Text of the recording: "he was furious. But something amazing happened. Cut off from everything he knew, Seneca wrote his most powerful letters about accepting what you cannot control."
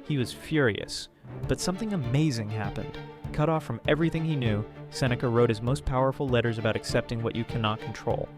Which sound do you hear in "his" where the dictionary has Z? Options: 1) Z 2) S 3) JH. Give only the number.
1